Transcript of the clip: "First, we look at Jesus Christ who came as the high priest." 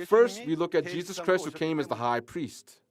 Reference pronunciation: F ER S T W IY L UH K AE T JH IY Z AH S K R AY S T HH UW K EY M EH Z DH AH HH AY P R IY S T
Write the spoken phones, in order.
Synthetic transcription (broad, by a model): F ER S T W IY L UH K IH T JH IY Z AH S K R AY S T HH UW K EY M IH Z DH AH HH AY P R IY S T